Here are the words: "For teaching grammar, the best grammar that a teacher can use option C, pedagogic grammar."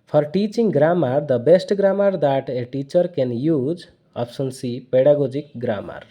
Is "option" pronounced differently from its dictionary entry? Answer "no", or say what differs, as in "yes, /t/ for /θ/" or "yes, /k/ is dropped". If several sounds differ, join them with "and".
yes, /s/ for /ʃ/